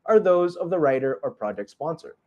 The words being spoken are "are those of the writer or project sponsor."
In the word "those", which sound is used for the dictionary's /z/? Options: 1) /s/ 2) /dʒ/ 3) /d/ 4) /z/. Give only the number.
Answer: 4